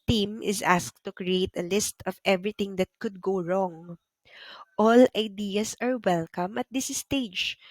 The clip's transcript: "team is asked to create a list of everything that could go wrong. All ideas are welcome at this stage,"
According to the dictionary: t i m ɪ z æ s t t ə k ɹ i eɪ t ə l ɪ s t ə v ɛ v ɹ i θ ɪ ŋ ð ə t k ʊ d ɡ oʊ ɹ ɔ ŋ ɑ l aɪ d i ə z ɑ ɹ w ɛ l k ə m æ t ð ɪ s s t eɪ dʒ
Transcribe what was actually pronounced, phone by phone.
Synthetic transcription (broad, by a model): t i m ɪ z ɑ s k t ə k ɹ i eɪ t ə l ɪ s t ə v ɛ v ɹ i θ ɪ ŋ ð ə t k ʊ d ɡ oʊ ɹ ɔ ŋ ɑ l aɪ d i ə s ɑ ɹ w ɛ l k ə m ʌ t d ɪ s s t eɪ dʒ